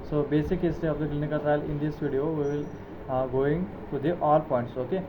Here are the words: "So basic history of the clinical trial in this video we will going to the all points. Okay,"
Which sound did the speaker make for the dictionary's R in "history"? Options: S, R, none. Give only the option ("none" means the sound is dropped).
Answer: none